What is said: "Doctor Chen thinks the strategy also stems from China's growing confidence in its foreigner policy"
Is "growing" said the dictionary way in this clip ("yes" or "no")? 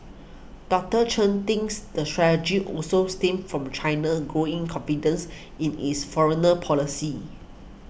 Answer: yes